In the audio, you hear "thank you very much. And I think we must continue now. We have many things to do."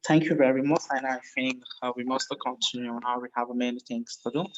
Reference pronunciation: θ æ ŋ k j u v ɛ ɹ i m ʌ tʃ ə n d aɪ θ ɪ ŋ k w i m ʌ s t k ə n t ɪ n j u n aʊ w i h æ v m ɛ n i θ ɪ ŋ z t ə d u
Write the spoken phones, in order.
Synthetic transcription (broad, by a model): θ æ ŋ k j u v ɛ ɹ i m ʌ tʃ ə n aɪ f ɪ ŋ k w i m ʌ s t k ə n t ɪ n j u n aʊ w i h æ v m ɛ n i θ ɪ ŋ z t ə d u